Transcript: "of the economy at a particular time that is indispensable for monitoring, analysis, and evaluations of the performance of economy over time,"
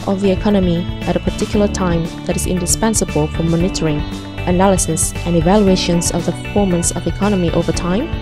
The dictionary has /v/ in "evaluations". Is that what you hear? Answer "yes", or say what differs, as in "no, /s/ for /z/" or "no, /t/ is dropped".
yes